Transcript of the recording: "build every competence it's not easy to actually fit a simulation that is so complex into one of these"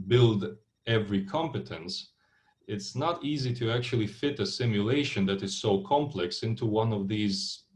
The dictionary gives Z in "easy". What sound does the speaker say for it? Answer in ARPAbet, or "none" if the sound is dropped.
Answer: Z